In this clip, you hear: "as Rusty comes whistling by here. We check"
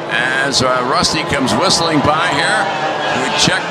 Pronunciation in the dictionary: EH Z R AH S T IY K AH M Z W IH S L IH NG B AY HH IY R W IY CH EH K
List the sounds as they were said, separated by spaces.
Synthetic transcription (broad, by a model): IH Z R AH S T IY K AH M Z W IH S L IH NG B AY HH IY R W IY CH EH K